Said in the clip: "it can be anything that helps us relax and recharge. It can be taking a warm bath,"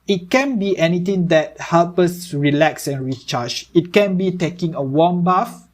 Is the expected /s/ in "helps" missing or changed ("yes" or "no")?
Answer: yes